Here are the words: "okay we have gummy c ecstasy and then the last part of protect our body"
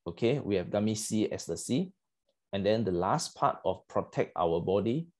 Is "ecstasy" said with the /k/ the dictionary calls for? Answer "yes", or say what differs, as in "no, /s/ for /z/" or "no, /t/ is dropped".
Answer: no, /k/ is dropped